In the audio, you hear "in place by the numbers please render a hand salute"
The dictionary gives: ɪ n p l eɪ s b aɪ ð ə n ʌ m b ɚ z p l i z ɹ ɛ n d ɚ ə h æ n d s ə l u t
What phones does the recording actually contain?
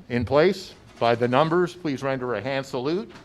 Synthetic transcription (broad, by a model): ɪ n p l eɪ s b aɪ ð ə n ʌ m b ɚ z p l i z ɹ ɛ n d ɚ ə h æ n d s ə l u t